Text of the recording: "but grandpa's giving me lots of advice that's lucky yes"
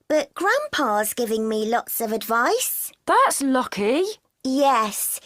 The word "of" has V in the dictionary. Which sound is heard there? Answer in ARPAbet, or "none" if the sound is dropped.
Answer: V